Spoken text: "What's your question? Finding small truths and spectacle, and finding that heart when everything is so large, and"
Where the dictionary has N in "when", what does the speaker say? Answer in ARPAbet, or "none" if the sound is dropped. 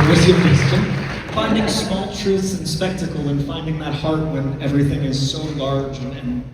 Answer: N